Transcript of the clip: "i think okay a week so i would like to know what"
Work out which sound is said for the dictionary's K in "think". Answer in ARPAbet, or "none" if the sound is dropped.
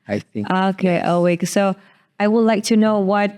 none